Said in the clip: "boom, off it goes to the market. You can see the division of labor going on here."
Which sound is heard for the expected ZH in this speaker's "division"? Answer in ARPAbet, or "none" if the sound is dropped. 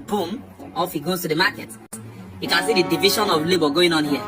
SH